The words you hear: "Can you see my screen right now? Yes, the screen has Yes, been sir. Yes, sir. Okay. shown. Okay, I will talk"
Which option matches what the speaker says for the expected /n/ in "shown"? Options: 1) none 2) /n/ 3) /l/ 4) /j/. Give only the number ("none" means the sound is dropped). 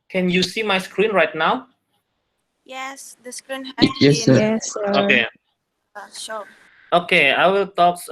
1